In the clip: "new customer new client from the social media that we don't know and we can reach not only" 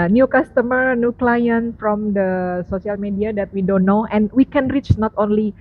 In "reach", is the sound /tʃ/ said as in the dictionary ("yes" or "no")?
yes